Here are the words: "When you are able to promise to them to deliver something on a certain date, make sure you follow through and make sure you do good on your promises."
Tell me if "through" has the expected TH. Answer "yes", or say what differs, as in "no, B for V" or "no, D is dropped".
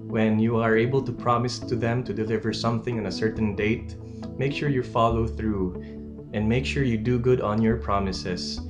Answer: yes